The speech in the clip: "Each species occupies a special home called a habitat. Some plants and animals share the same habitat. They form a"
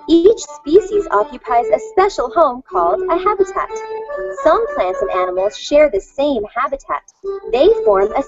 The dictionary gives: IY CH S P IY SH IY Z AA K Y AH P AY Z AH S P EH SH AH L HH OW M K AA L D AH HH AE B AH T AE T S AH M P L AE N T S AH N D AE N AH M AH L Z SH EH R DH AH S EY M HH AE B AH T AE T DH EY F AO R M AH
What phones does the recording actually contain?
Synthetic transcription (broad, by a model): IY CH S P IY SH IY Z AA K Y AH P AY Z AH S P EH SH L HH OW M K AA L D AH HH AE B AH T AE T S AH M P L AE N T S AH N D AE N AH M L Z SH EH R DH AH S EY M HH AE B AH T AE T DH EY F AO R M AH